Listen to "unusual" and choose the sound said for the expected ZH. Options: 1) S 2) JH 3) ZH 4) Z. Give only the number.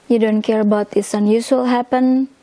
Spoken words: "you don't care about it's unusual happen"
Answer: 1